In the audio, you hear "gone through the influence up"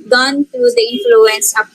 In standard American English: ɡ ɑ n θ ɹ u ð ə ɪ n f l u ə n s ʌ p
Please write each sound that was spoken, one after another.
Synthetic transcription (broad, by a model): ɡ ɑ n t ɹ u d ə ɪ n f l u ə n s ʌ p